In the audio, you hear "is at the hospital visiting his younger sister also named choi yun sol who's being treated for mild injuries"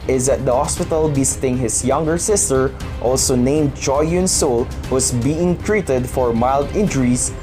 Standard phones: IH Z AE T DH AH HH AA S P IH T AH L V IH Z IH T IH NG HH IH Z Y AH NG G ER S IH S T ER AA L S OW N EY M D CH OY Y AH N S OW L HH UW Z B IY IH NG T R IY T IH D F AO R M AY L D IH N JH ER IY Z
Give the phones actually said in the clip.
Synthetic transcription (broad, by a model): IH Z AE T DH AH HH AA S P IH T AH L B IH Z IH T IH NG HH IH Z Y AH NG G ER S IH S T ER AA L S OW N EY M D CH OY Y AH N S OW L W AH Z B IY IH NG T R IY T IH D F AO R M AY L D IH N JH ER IY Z